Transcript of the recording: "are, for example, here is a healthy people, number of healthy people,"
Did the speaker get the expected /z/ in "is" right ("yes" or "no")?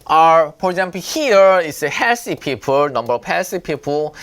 no